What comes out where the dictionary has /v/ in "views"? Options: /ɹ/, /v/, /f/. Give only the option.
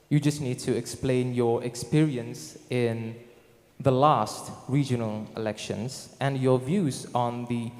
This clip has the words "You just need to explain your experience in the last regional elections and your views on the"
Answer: /v/